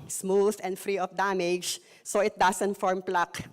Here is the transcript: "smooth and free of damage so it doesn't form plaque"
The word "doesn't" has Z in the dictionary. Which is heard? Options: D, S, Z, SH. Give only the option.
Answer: S